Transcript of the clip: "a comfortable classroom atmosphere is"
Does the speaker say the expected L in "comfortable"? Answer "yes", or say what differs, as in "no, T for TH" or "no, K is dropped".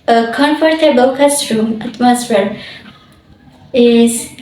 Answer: no, W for L